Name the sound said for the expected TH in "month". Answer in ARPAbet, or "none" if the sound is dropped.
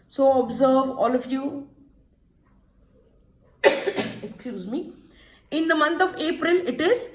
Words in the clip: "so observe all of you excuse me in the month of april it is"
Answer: T